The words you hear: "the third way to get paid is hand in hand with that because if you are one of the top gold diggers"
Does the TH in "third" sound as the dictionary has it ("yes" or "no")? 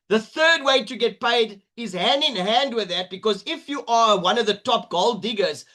yes